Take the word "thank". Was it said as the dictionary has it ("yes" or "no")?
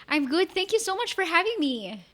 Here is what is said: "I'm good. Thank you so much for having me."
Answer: yes